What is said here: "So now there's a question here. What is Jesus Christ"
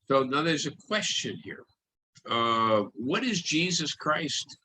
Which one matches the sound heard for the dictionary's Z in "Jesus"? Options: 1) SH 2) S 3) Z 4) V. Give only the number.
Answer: 3